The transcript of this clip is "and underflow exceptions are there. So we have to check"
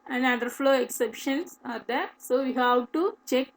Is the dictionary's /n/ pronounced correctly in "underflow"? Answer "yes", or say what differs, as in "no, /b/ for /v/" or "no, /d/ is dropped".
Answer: no, /n/ is dropped